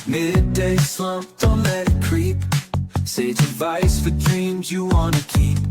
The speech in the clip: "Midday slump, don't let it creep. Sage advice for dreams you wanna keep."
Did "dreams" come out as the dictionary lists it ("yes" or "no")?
yes